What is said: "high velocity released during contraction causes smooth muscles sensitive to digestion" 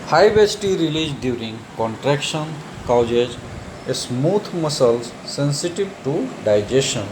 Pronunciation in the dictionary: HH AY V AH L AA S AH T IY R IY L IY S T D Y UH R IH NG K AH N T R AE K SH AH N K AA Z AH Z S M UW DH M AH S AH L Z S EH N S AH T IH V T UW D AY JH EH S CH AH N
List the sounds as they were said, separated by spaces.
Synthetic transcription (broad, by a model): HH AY B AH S T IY R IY L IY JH D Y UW R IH NG K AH N T R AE K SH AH N K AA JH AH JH S M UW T M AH S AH L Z S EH N S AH T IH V T UW D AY JH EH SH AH N